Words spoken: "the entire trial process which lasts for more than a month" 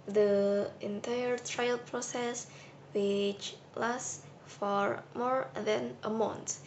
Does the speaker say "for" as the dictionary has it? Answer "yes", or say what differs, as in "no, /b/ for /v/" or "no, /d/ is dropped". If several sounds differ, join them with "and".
yes